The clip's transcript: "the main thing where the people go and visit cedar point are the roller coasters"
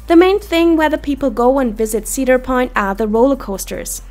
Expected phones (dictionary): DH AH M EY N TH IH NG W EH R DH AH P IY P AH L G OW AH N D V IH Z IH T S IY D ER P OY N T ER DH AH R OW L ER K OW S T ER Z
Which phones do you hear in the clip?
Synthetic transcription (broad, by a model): DH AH M EY N TH IH NG W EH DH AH P IY P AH L G OW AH N V IH Z IH T S IY D ER P OY N T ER DH AH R OW L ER K OW S T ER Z